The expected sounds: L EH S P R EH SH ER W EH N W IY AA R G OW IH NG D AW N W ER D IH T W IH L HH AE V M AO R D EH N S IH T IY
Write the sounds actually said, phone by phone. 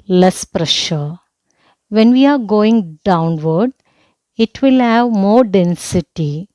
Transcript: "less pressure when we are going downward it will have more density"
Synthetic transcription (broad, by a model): L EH S P R EH SH ER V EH N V IY AA R G OW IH NG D AW N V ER D IH T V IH L HH AE V M AO R D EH N S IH T IY